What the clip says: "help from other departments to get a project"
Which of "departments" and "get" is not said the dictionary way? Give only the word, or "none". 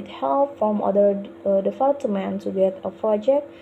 departments